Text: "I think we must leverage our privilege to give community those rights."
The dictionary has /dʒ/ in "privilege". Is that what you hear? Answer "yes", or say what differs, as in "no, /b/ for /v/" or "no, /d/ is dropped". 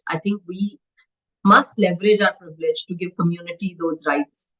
yes